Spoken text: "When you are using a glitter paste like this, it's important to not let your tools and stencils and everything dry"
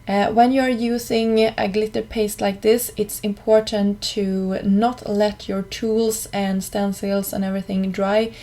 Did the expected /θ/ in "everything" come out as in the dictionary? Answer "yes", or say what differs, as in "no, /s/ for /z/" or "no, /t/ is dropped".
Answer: yes